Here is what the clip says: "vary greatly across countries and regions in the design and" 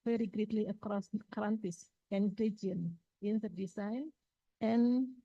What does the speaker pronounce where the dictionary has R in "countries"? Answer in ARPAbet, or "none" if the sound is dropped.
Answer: none